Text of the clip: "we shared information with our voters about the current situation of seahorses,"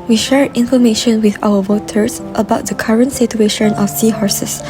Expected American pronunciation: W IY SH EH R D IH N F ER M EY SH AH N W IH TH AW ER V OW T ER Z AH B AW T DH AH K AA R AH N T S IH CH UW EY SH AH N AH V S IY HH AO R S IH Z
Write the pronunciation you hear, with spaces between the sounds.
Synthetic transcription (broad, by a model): W IY SH EH R IH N F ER M EY SH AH N W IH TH AW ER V OW T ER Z AH B AW T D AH K AA R AH N T S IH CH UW EY SH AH N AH F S IY HH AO R S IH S